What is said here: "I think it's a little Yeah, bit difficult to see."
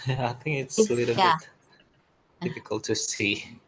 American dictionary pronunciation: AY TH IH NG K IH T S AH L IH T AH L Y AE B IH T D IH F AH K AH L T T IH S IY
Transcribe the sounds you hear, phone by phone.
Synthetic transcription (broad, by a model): AY TH IH NG K IH T S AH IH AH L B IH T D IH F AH K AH L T T IH S IY